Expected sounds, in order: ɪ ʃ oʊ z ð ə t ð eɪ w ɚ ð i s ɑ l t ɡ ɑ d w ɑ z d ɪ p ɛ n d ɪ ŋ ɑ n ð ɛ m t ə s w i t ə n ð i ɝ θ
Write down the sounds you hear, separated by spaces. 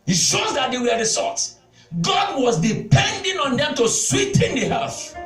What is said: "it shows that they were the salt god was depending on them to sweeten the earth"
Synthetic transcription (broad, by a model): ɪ ʃ oʊ z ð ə t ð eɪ w ɚ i s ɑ t ɡ ɑ d w ɑ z d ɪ p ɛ n d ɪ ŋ ɑ n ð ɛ m t ə s w i t ə n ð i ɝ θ